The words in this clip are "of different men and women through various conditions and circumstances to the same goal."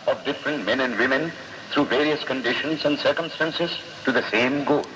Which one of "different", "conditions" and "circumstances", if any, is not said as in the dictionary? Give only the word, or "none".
none